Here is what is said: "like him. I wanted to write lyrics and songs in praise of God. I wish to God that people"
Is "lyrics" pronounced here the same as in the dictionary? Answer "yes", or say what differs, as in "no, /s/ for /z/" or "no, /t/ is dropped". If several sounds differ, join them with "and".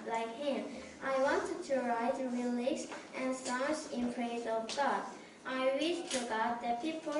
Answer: no, /l/ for /ɹ/